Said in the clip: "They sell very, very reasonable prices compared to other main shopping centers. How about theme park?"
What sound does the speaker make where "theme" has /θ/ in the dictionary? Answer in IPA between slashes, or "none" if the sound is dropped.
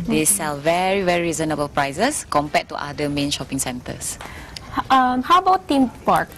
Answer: /t/